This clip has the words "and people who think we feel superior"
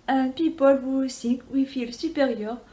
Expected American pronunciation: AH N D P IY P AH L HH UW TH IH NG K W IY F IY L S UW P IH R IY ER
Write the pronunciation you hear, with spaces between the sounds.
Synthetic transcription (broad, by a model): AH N P IY P AH L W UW S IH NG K W IY F IY L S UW P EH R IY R